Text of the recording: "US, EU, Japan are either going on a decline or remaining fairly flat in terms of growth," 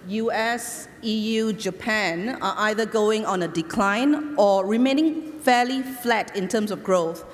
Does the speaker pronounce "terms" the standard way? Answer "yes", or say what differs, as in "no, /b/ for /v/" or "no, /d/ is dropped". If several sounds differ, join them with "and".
no, /s/ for /z/